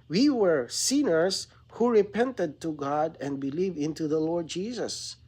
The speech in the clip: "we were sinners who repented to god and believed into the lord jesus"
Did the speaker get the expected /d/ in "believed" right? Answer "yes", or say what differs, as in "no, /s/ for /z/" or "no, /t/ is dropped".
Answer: no, /d/ is dropped